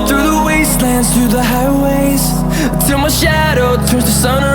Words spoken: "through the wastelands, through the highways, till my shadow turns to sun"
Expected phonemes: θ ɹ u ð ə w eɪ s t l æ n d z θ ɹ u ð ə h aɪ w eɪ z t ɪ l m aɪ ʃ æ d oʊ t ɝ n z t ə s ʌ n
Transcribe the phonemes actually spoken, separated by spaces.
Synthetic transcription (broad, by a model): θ ɹ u ð ə w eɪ s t l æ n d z θ ɹ u ð ə h aɪ w eɪ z t ɪ l m aɪ ʃ æ d oʊ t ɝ z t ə s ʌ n